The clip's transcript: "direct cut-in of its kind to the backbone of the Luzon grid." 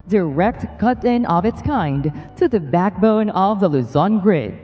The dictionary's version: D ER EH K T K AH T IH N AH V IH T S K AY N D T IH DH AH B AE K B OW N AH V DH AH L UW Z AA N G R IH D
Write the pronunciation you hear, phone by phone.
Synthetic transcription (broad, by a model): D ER EH K T K AH T IH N AH V IH T S K AY N D T IH DH AH B AE K B OW N AH V DH AH L UW Z AA N G R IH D